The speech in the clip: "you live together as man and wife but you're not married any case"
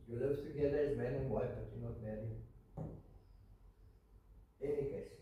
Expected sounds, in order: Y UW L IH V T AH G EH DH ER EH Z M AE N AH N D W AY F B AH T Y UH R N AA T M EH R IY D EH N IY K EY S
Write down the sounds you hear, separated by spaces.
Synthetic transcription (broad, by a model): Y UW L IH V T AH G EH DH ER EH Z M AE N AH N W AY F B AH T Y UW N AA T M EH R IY EH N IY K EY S